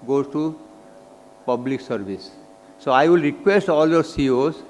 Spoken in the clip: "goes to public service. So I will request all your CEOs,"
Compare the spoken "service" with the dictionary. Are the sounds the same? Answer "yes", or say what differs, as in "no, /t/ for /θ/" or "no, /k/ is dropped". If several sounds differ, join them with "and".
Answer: no, /b/ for /v/